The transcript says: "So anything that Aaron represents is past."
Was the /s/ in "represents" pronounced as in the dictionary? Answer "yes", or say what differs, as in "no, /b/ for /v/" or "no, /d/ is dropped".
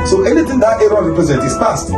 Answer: no, /s/ is dropped